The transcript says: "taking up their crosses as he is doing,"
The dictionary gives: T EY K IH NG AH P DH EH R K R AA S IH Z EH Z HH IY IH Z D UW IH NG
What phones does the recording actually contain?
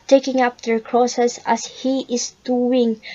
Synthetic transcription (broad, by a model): T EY K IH NG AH P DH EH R K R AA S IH S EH S HH IY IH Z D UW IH NG